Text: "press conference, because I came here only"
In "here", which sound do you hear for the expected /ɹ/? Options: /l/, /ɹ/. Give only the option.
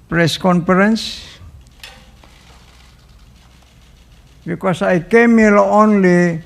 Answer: /l/